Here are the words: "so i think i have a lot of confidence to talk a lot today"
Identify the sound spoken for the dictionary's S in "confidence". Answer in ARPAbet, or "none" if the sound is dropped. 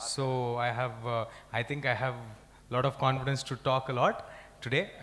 S